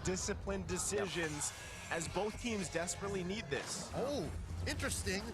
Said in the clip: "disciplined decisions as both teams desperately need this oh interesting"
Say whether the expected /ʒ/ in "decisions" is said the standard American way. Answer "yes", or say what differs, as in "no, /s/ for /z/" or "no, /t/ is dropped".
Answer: yes